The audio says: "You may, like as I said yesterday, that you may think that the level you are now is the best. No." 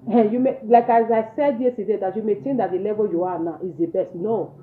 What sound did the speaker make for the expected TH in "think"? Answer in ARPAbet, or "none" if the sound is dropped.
T